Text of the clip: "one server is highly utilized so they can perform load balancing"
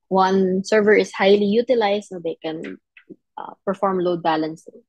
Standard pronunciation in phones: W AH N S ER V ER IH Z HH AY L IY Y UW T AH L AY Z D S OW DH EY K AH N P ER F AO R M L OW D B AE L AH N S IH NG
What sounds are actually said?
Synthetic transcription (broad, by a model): W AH N S ER V ER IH S HH AY L IY Y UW T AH L AY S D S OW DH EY K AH N P ER F AO R M L OW D B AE L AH N S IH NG